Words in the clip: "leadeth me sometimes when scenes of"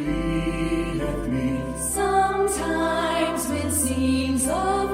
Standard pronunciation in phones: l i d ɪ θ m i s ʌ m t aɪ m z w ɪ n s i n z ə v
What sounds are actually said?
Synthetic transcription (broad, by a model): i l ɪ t m i s ʌ m t aɪ m z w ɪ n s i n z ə